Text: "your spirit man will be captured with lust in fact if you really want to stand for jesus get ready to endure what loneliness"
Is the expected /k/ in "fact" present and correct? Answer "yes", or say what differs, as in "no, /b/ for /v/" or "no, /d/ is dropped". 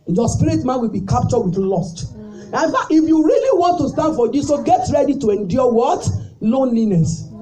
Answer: no, /k/ is dropped